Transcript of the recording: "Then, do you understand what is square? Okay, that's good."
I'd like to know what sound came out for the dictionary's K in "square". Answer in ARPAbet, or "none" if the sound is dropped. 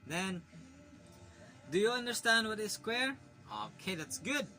K